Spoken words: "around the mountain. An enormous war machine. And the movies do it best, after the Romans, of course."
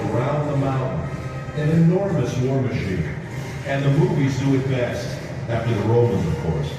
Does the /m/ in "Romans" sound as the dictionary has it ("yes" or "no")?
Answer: yes